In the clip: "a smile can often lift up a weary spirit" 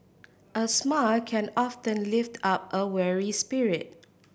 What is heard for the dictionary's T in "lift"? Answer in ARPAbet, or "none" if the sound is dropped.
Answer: T